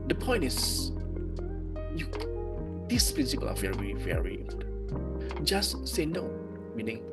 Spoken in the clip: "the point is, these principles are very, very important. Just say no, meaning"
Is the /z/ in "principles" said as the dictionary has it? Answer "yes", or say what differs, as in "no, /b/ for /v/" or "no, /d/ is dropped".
no, /z/ is dropped